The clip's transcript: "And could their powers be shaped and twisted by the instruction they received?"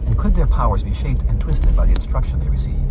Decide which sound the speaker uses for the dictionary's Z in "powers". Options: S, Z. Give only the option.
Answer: Z